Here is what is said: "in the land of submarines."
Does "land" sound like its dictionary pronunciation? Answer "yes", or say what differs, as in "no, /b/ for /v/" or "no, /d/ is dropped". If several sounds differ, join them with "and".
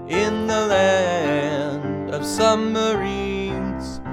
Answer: yes